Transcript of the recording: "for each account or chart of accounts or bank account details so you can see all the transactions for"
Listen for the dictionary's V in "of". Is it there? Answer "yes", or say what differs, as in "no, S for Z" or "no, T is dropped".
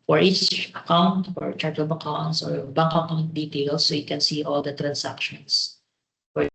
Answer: no, B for V